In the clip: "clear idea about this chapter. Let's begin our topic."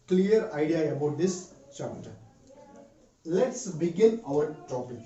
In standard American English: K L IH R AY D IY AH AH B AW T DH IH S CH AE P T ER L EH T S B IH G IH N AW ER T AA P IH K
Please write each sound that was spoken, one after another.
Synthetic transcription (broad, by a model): K L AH R AY D IY AH AH B AW T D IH S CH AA T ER L EH T S B IH G IH N AW ER T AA P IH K